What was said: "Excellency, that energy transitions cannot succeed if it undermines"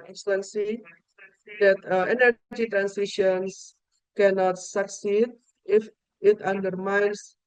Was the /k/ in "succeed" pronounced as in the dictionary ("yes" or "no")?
yes